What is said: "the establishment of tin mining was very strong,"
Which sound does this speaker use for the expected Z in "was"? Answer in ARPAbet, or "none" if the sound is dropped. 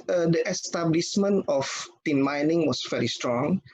S